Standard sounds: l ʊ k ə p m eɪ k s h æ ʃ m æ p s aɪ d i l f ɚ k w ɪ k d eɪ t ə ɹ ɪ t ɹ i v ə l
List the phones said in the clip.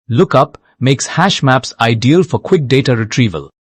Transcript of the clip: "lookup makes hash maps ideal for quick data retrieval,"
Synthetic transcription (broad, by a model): l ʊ k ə p m eɪ k s h æ ʃ m æ p s aɪ d i l f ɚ k w ɪ k d eɪ t ə ɹ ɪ t ɹ i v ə l